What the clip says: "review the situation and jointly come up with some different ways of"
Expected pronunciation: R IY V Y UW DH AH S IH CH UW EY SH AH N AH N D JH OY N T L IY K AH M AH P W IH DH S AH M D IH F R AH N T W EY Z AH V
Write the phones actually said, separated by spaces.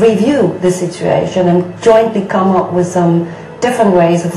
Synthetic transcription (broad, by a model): R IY V Y UW DH AH S IH CH UW EY SH AH N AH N JH OY N T L IY K AH M AH P W IH DH S AH M D IH F R AH N T W EY Z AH V